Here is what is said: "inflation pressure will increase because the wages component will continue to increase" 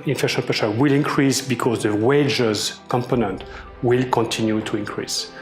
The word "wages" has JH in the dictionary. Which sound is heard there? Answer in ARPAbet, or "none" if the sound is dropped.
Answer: JH